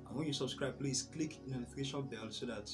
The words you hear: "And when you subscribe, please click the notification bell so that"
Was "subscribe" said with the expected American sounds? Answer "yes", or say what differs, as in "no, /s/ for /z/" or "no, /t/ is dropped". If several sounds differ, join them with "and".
yes